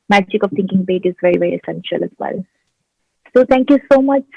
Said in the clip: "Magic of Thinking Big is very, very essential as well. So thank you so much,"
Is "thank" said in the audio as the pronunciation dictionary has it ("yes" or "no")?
no